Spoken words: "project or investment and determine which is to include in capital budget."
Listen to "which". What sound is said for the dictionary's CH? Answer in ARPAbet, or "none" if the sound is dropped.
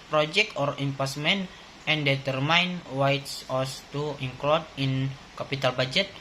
S